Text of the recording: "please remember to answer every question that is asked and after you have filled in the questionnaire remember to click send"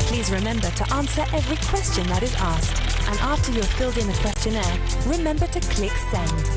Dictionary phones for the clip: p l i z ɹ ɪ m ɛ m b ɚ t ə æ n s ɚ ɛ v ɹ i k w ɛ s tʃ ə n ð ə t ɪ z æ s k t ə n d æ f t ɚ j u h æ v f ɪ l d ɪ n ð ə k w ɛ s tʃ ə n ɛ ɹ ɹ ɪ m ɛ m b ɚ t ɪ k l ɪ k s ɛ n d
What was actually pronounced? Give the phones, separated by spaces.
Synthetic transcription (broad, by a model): p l i z ɹ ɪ m ɛ m b ɚ t ə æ n s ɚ ɛ v ɹ i k w ɛ s tʃ ə n ð ə t ɪ z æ s k t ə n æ f t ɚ j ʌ f ɪ l d ɪ n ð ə k w ɛ s tʃ ə n ɛ ɹ ɹ ɪ m ɛ m b ɚ t ɪ k l ɪ k s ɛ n